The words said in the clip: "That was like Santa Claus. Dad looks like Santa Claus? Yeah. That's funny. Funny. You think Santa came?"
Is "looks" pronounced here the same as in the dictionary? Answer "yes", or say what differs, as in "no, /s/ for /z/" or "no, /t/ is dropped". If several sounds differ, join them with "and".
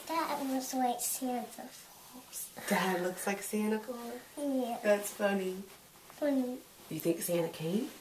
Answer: yes